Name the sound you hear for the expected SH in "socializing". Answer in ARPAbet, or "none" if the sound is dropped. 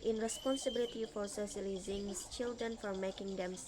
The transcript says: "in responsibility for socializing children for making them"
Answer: S